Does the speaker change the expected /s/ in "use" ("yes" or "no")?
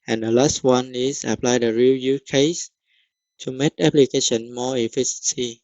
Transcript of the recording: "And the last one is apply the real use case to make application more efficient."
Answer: yes